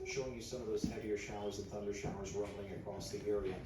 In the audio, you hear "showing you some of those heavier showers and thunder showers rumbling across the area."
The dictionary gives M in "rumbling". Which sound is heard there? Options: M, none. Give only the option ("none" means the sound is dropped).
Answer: none